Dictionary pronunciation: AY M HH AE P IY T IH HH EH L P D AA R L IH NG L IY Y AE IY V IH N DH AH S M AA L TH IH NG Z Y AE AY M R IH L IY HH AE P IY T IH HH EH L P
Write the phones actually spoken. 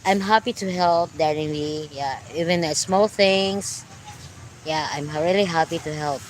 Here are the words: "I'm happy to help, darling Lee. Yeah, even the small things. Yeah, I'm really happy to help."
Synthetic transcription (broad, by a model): AY M HH AE P IY T IH HH EH L P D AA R IH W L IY Y AE IY V IH N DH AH S M AA L TH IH NG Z Y AE AY M R IH L IY HH AE P IY T IH HH EH L P